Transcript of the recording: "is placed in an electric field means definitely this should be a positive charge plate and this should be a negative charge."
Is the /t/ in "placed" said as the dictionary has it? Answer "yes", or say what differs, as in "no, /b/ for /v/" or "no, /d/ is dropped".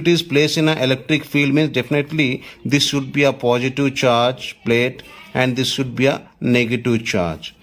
no, /t/ is dropped